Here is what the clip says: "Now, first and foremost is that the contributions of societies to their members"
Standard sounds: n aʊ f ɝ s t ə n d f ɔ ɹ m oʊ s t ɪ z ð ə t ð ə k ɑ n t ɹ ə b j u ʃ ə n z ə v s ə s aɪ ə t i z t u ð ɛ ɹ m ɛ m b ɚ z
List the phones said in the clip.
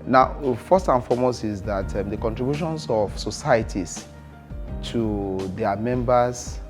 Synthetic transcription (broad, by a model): n aʊ f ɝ s t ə n f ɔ m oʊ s ɪ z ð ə t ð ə k ɑ n t ɹ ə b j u ʃ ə n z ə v s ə s aɪ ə t i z t u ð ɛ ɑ m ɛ m b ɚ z